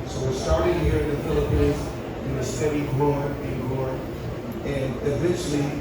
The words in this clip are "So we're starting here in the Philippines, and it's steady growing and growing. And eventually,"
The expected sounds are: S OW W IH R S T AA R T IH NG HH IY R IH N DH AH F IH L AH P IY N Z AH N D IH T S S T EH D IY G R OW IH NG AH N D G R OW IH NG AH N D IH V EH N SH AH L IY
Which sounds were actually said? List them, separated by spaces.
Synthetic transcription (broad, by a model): S OW W IH R S T AA R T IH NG HH IY R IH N DH AH F IH L AH P IY N Z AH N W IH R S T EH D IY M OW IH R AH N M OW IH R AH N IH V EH N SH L IY